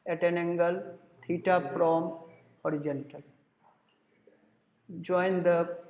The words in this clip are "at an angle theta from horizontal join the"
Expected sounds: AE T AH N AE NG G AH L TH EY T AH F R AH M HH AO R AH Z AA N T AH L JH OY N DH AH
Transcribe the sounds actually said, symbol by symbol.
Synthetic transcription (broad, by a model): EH T AH N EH NG G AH L T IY T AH P R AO M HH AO R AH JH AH N T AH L JH OY N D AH